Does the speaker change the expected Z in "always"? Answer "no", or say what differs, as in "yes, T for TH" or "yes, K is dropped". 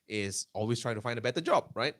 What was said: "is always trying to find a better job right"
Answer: yes, S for Z